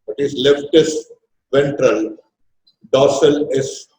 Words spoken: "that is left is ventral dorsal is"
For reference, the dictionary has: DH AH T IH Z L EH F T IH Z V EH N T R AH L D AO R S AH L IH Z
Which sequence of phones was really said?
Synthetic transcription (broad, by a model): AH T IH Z L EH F T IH S V EH N T R AH L D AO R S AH L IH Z